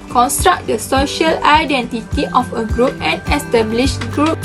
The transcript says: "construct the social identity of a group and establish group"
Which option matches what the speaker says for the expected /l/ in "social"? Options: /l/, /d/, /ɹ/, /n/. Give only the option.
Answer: /l/